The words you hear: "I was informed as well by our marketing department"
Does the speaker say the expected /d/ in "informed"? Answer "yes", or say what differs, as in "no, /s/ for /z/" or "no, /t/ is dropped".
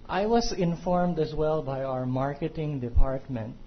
yes